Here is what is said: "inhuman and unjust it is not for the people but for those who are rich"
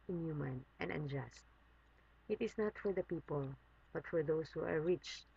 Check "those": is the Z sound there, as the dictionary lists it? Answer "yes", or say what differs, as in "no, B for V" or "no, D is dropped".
no, S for Z